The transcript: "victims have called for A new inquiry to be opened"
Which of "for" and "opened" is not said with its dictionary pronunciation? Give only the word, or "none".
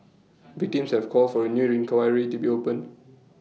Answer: opened